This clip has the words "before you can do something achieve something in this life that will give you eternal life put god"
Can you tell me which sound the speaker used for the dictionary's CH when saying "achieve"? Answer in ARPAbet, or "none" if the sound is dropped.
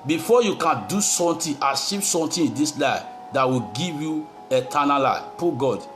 SH